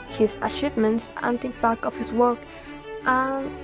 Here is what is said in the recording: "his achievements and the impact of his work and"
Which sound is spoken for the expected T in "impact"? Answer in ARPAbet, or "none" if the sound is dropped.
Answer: none